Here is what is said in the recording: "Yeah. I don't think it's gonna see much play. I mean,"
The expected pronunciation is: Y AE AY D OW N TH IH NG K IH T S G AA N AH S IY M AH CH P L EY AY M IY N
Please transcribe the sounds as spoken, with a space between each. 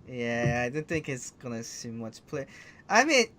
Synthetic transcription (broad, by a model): Y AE AY D OW N TH IH NG K IH T S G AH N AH S IY M AH CH P L EY AY M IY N